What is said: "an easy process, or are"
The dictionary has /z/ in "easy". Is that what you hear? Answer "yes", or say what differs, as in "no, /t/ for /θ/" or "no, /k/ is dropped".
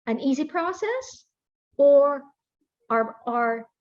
yes